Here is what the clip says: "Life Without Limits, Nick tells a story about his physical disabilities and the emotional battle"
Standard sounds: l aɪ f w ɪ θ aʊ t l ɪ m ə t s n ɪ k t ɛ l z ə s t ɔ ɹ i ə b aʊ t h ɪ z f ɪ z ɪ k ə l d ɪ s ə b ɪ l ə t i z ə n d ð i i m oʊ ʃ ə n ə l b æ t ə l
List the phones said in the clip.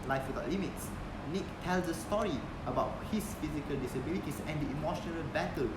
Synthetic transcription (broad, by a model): l aɪ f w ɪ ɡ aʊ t l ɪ m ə t s n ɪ k t ɛ l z ə s t ɔ ɹ i ə b aʊ t h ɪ s f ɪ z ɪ k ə l d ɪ s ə b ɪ l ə t i s ə n d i i m oʊ ʃ ə n ə l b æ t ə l